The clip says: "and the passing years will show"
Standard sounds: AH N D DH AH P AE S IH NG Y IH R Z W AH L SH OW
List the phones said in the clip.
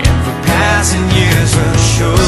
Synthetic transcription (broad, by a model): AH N DH AH P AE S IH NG Y IH R Z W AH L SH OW